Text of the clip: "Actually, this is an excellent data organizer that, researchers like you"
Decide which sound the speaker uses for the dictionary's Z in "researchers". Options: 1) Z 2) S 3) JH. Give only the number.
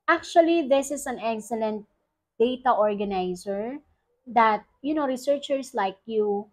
2